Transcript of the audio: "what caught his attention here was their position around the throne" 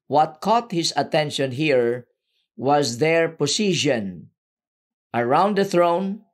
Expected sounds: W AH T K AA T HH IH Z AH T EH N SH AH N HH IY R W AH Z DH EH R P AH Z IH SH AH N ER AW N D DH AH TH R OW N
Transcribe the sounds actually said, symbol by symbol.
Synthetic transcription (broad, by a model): W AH T K AA T HH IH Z AH T EH N SH AH N HH IY R W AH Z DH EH R P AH S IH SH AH N ER AW N D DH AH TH R OW N